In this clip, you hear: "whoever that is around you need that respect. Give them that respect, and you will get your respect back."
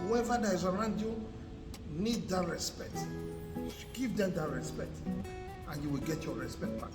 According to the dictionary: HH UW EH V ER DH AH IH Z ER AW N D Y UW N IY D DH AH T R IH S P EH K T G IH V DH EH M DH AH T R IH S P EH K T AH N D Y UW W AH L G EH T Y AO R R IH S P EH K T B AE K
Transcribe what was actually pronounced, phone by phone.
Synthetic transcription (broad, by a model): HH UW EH V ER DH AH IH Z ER AW N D Y UW N IY D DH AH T R IH S P EH K T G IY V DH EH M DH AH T R IH S P EH K T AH N Y UW W AH L G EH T Y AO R R IH S P EH K T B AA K